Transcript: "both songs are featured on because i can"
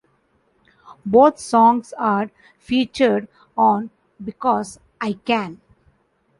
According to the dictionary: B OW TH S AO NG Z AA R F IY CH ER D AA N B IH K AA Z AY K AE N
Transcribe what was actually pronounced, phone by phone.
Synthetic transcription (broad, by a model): B OW T S AO NG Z AA R F IY CH ER D AA N B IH K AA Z AY K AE N